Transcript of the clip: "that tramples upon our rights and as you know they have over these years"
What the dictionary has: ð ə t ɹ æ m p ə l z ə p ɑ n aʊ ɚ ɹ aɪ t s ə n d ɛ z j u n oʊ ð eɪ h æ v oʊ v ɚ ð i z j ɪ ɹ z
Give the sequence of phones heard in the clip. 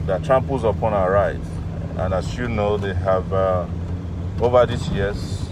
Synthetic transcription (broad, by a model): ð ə t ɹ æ m p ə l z ə p ɑ n aʊ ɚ ɹ aɪ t ə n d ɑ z j u n oʊ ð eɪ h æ v oʊ v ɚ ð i s j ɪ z